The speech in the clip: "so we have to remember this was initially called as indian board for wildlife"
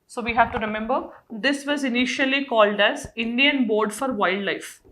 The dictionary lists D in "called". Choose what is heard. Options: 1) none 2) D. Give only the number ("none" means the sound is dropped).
2